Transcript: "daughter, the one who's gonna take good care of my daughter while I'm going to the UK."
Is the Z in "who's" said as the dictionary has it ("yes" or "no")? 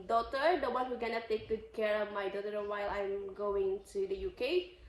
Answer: no